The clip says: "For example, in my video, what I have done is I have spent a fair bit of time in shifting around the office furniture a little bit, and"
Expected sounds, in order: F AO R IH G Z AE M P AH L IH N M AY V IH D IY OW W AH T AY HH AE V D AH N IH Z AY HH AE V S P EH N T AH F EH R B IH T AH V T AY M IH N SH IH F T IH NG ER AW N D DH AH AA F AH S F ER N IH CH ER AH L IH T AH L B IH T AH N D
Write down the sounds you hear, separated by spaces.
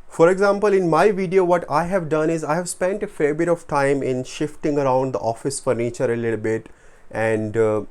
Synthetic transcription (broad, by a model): F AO R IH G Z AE M P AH L IH N M AY V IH D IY OW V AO T AY HH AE V D AH N IH Z AY HH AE V S P EH N T AH F EH R B IH T AH V T AY M IH N SH IH F T IH NG ER AW N D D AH AA F AH S F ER N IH CH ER AH L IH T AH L B IH T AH N D